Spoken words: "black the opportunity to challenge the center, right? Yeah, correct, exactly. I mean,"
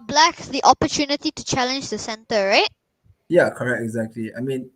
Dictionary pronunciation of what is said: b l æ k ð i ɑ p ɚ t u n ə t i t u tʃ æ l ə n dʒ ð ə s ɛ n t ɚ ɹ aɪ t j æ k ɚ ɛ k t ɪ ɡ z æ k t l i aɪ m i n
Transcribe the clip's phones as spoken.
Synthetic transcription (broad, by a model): b l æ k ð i ɑ p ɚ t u n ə t i t u tʃ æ l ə n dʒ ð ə s ɛ n t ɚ ɹ aɪ t j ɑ k ɚ ɛ k t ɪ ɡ z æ k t l i aɪ m i n